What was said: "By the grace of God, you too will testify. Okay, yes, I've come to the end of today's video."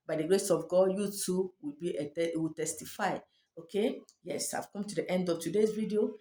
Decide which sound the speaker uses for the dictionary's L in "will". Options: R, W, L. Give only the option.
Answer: W